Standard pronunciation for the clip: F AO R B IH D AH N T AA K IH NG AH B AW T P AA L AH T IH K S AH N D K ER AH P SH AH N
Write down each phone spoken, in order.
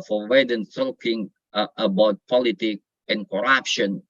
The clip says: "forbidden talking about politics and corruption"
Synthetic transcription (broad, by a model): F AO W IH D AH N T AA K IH NG AH B AW T P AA L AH T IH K AH N K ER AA P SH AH N